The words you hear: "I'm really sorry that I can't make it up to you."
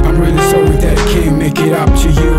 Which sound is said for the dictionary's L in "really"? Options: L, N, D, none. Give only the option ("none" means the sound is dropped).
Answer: N